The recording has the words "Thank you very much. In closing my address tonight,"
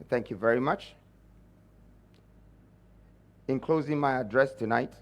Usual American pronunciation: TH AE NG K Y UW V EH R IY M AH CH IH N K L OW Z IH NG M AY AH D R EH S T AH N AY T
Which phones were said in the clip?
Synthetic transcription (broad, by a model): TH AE NG K Y UW V EH R IY M AH CH IH N K L OW Z IH NG M AY AH D R EH S T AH N AY T